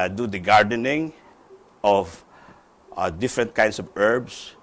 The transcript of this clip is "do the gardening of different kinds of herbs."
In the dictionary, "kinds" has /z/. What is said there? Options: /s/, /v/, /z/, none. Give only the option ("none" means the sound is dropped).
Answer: /s/